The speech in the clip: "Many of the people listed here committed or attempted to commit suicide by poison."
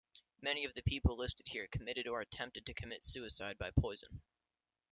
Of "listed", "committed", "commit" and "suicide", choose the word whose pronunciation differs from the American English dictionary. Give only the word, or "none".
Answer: none